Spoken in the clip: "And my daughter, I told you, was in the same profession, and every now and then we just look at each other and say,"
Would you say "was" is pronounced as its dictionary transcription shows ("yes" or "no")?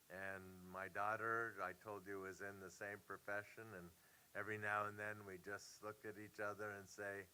yes